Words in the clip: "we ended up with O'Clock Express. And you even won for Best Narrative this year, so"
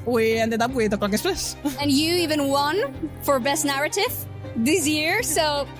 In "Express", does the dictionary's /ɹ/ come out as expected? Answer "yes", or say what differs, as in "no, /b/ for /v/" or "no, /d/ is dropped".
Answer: no, /l/ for /ɹ/